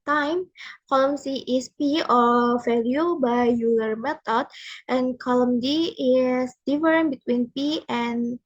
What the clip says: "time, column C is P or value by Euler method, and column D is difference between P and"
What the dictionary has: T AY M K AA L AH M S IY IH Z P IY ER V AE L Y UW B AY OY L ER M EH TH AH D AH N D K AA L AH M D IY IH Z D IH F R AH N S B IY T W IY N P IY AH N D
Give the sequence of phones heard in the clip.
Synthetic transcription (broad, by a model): T AY M K AA L AH M S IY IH S P IY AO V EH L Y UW B AY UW L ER M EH T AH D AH N K AA L AH M D IY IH S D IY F R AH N B IY T W IY N P IY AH N